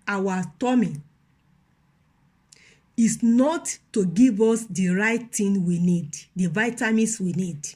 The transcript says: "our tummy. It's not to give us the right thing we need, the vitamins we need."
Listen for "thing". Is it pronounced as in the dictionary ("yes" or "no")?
no